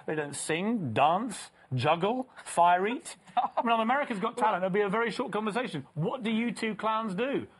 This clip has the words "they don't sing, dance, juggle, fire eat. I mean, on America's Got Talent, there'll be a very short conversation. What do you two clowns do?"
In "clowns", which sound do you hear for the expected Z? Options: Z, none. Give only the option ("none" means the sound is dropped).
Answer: Z